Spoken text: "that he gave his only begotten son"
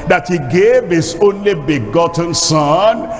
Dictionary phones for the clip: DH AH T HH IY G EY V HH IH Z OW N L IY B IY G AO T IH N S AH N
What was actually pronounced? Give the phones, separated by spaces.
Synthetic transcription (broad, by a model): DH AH T HH IY G EY V HH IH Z OW N L IY B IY G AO T N S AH N